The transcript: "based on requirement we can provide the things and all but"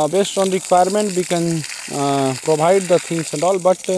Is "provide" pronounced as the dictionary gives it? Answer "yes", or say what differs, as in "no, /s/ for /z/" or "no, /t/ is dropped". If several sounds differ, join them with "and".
no, /b/ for /v/